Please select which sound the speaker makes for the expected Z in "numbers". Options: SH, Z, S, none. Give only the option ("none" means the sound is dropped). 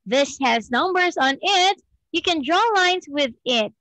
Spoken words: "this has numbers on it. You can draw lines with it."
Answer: Z